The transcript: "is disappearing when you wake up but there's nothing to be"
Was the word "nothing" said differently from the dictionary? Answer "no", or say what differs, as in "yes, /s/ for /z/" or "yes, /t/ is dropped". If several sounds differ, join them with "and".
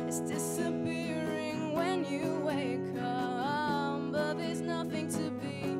no